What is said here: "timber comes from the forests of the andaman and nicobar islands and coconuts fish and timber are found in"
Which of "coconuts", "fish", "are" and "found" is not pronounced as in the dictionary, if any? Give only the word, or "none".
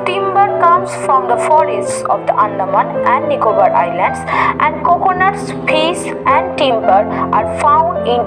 fish